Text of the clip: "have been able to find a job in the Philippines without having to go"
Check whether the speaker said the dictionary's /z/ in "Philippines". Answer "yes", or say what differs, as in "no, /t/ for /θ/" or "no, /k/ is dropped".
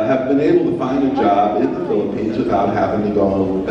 yes